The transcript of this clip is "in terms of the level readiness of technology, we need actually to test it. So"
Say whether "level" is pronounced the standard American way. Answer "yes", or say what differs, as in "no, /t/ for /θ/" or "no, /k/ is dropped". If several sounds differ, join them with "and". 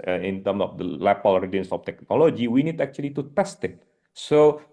no, /p/ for /v/